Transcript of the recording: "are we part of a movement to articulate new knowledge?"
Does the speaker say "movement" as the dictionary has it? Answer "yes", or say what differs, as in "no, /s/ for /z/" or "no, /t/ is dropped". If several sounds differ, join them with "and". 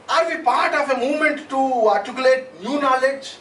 no, /v/ is dropped